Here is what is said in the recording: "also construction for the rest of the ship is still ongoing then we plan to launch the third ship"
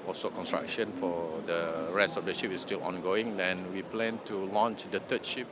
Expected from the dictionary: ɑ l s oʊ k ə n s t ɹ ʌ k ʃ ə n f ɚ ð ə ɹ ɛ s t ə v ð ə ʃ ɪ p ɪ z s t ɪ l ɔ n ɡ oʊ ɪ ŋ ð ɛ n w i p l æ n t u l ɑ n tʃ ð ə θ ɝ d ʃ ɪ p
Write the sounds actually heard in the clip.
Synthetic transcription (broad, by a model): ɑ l s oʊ k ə n s t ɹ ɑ k ʃ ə n f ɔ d ə ɹ ɛ s t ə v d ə ʃ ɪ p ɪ s t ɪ l ɔ n ɡ oʊ ɪ ŋ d ɛ n w i p l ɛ n t u l ɑ n tʃ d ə t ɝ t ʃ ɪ p